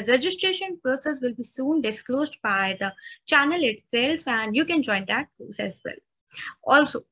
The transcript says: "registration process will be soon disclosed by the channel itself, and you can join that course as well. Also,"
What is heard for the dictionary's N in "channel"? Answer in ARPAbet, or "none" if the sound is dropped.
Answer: N